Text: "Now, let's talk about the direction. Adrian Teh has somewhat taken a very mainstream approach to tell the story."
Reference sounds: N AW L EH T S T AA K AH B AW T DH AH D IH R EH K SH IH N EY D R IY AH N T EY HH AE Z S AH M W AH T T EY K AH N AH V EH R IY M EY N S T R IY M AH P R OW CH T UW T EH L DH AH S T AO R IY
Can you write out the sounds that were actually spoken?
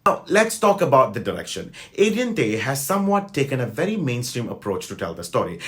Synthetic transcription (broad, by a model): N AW L EH T S T AA K AH B AW T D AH D IH R EH K SH IH N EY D IY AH N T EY HH AE Z S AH M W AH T T EY K AH N AH V EH R IY M EY N S T R IY M AH P R OW CH T UW T EH L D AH S T AO R IY